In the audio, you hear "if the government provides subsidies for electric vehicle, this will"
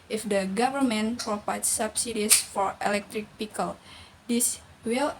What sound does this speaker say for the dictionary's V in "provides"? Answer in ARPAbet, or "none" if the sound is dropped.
P